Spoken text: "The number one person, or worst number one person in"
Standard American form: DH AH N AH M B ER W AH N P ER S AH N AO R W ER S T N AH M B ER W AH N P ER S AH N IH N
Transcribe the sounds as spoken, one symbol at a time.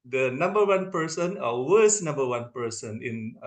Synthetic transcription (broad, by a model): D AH N AH M B ER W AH N P ER S AH N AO L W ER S N AH M B ER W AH N P ER S AH N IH N